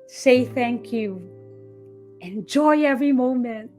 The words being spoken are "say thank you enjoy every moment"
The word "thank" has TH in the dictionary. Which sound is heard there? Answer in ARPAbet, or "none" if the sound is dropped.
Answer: TH